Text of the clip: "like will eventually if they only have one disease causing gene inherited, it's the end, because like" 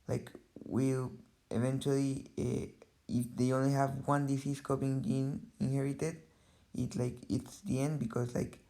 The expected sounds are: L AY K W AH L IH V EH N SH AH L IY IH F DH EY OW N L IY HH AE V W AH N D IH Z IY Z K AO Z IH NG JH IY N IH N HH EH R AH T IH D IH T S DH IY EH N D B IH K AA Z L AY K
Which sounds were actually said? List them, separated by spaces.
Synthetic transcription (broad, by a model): L AY K W AH L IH V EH N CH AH L IY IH F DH EY OW N L IY HH AE V W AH N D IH S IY S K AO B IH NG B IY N IH N HH EH R AH T IH D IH T S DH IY EH N D B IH K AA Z L AY K